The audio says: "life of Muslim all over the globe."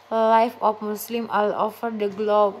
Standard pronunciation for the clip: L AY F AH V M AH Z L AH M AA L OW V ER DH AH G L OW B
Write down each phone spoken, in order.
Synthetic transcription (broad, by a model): L AY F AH F M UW S L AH M AA L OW F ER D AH G L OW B